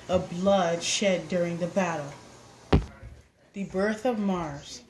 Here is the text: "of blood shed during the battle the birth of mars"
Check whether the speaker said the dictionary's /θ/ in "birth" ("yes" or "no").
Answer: yes